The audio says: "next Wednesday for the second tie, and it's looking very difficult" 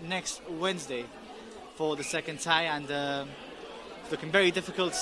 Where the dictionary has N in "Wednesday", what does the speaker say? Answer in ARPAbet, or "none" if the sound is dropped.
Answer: N